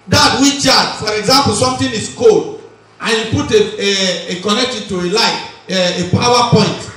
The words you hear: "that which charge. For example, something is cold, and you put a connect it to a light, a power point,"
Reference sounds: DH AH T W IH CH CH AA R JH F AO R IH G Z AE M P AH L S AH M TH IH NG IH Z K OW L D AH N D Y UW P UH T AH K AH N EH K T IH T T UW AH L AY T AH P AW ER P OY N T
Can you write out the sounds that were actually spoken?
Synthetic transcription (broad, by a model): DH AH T W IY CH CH AA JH F AO R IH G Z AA M P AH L S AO M T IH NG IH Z K OW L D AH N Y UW P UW T AH K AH N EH K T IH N T UW AH L AY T AH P AW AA P OY N T